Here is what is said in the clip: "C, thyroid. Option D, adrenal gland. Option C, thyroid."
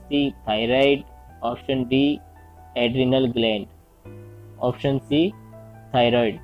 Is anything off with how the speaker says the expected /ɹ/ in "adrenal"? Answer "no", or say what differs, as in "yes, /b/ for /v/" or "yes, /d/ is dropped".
no